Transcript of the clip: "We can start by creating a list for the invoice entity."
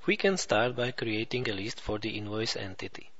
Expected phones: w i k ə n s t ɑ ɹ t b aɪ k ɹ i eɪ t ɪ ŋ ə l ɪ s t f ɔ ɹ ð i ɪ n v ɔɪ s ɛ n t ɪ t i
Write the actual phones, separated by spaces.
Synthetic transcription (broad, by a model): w i k ə n s t ɑ ɹ t b aɪ k ɹ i eɪ t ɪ ŋ ə l ɪ s t f ɔ ɹ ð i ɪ n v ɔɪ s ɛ n t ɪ t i